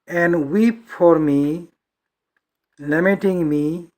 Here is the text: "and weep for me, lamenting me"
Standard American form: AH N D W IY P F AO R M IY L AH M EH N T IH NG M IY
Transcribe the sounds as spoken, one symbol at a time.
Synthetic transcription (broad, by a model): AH N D W IY P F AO R M IY L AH M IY T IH NG M IY